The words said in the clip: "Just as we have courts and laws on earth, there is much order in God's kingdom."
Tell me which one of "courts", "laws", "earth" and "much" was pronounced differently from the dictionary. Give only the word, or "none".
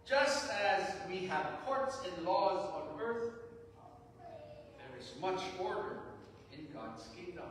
none